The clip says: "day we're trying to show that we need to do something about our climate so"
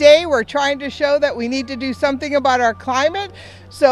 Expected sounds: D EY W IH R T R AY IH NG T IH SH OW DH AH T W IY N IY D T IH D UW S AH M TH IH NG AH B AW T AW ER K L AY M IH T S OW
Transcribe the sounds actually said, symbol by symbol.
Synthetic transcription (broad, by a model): EY W IH R T R AY IH NG T IH SH OW DH AH T W IY N IY D T IH D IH S AH M TH IH NG AH B AW T AW ER K L AY M IH T S OW